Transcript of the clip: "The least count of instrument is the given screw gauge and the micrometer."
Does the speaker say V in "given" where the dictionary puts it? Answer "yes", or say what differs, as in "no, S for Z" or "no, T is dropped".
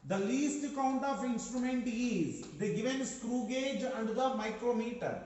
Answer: yes